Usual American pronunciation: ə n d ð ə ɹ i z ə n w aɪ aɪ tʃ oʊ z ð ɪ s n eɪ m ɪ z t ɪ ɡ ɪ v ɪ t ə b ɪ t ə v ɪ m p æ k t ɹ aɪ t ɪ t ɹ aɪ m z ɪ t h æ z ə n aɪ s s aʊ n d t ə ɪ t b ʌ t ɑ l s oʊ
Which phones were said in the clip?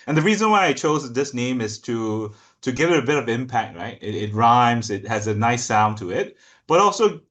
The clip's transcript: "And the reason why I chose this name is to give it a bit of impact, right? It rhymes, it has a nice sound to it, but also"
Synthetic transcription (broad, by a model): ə n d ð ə ɹ i z ə n w aɪ aɪ tʃ oʊ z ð ɪ s n eɪ m ɪ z t ɪ ɡ ɪ v ɪ t ə b ɪ t ə v ɪ m p æ k t ɹ aɪ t ɪ t ɹ aɪ m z ɪ t h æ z ə n aɪ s s aʊ n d t ə ɪ t b ʌ t ɑ l s oʊ